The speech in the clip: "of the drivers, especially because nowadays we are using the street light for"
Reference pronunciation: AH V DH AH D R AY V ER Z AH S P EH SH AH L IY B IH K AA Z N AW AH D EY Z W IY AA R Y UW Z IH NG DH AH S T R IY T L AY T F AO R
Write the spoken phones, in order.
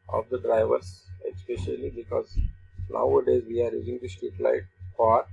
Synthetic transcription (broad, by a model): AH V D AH D R AY V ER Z AH S P EH SH AH L IY B IH K AA Z N AW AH D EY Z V IY AA R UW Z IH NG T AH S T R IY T L AY T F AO R